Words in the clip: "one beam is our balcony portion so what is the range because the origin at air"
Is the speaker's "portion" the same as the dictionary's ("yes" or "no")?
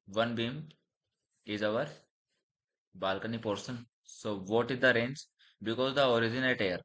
no